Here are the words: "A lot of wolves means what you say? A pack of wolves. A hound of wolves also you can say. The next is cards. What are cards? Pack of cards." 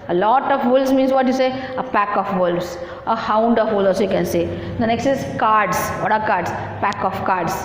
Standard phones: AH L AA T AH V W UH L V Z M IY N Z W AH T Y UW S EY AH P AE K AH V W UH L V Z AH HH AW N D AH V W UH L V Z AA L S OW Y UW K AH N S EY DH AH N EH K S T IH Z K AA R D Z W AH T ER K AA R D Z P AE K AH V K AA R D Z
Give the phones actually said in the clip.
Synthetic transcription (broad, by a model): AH L AA T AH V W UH L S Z M IY N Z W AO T Y UW S EY AH P AE K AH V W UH L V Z AH HH AW N D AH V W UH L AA S Y UW K AH N S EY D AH N EH K S T IH Z K AA R D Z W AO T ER K AA R D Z P AE K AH F K AA R D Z